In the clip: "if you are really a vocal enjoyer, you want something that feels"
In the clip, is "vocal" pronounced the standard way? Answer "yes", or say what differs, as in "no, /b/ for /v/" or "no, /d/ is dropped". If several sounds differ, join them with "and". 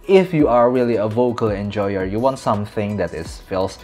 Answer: yes